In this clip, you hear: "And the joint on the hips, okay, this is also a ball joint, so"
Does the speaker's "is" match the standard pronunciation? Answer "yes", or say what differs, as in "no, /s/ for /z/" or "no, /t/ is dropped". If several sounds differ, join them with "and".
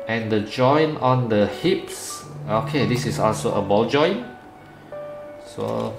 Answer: no, /s/ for /z/